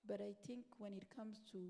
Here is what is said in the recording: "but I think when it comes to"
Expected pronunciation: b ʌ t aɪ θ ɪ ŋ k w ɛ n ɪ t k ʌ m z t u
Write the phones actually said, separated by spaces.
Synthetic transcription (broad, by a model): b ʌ t aɪ t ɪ ŋ k w ɛ n ɪ t k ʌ m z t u